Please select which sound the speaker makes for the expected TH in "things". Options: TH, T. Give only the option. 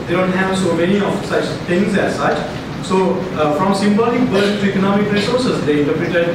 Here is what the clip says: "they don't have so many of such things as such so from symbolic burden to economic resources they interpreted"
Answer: T